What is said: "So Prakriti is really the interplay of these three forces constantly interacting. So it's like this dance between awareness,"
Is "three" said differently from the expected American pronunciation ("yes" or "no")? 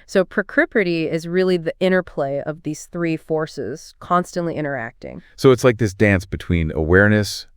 no